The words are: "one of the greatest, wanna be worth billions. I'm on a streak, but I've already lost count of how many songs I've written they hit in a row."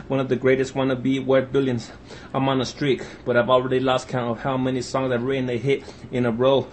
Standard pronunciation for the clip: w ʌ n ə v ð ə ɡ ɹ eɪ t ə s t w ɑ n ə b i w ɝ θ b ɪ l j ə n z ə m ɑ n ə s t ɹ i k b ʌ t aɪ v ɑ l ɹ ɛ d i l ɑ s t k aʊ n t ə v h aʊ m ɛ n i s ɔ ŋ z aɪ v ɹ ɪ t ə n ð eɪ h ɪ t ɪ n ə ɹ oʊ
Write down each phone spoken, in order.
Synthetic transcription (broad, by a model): w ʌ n ə v ð ə ɡ ɹ eɪ t ə s t w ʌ n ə b i w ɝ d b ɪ l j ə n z ə m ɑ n ə s t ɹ i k b ʌ t aɪ v ɑ l ɹ ɛ d i l ɑ s t k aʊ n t ə v h aʊ m ɛ n i s ɔ ŋ z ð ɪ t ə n ð eɪ h ɪ t ɪ n ə ɹ oʊ